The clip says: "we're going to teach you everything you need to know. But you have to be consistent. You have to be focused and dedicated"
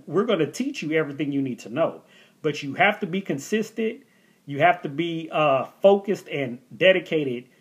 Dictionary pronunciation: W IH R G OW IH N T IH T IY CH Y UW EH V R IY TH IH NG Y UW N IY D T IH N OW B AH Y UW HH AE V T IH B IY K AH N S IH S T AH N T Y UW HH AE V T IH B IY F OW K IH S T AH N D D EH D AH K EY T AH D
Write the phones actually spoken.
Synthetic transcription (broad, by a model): W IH R G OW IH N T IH T IY CH Y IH EH V R IY TH IH NG Y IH N IY D T IH N OW B AH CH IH HH AE F T IH B IY K AH N S IH S T AH N T Y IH HH AE F T IH B IY F OW K IH S T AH N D D EH D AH K EY T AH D